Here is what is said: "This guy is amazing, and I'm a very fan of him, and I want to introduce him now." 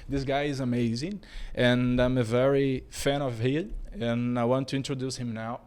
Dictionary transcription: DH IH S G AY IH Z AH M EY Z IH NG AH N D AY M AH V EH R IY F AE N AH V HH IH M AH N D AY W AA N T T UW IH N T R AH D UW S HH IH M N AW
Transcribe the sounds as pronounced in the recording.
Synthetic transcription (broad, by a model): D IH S G AY IH Z AH M EY Z IH NG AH N AY M AH V EH R IY F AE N AH V HH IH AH N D AY W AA N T T UW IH N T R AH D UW S HH IH M N AW